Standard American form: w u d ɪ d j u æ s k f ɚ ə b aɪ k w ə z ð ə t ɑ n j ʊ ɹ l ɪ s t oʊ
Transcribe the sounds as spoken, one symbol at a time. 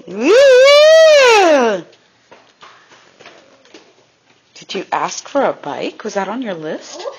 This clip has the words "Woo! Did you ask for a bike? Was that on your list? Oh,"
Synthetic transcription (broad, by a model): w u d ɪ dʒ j æ s k f ɚ ə b aɪ k w ə z ð ə t n j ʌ ɹ l ɪ s t